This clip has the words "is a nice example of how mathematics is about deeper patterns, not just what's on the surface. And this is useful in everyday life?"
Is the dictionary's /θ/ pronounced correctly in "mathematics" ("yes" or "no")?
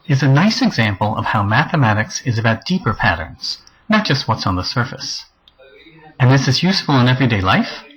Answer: yes